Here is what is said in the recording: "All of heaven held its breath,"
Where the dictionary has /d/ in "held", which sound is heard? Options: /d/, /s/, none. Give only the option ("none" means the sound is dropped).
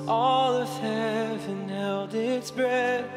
/d/